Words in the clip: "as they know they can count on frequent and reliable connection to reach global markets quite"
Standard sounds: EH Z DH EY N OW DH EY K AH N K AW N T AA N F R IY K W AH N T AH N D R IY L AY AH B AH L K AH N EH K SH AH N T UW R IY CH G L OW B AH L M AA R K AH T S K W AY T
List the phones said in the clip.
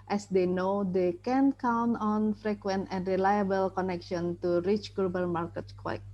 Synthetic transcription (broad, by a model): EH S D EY N OW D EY K AH N K AW N T AA N F R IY K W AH N T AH N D R IY L AY AH B AH L K AH N EH K SH AH N T UW R IY CH G L OW B AH L M AA R K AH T K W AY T